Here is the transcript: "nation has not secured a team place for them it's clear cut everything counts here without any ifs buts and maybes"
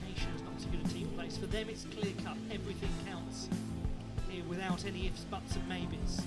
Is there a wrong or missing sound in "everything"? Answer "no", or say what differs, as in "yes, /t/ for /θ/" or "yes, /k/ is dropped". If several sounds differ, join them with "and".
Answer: no